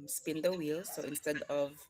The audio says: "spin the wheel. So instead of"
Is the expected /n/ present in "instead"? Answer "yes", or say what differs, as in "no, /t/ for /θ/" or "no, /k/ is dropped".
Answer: yes